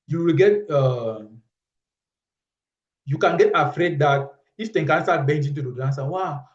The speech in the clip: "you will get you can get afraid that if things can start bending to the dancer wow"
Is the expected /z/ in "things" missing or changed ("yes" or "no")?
yes